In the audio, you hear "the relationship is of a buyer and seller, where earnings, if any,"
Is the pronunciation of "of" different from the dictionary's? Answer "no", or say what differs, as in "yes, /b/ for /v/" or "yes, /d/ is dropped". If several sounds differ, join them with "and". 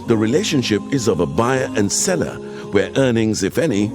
no